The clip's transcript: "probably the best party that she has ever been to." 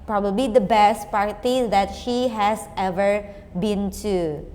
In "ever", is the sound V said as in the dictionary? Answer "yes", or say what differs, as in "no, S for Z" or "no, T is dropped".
yes